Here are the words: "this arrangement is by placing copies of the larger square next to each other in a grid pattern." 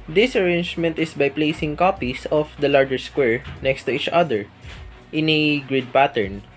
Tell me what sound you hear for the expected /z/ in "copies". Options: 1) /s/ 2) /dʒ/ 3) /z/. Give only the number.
1